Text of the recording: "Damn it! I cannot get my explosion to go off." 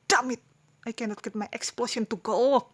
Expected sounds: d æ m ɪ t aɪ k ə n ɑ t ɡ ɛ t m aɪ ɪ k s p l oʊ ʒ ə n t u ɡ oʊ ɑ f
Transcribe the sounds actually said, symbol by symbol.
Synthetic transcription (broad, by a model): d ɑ m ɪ t aɪ k ə n ɑ t ɡ ɛ t m aɪ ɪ k s p l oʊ ʃ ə n t u ɡ oʊ